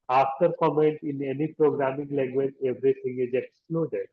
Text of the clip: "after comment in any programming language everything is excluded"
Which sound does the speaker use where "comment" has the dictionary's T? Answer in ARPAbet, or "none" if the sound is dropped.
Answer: T